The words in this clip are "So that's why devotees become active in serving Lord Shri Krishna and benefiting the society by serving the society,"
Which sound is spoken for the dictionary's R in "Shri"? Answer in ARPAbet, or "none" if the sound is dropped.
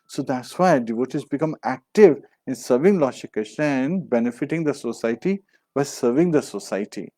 none